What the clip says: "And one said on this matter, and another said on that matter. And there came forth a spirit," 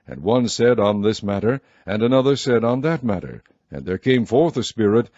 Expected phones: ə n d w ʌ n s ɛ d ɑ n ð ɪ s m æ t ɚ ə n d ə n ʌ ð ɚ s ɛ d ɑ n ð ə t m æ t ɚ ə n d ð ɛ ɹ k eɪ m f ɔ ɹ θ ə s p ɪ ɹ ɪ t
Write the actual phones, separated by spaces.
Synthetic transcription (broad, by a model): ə n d w ʌ n s ɛ d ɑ n ð ɪ s m æ t ɚ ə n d ə n ʌ ð ɚ s ɛ d n ð ə t m æ t ɚ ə n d ð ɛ ɹ k eɪ m f ɔ ɹ θ ə s p ɪ ɹ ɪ t